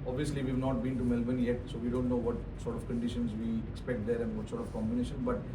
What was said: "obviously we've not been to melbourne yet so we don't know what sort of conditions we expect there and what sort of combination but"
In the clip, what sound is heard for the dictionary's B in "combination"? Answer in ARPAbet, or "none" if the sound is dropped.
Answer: B